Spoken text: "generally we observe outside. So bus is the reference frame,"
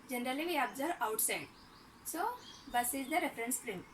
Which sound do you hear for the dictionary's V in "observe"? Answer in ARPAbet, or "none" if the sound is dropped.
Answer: none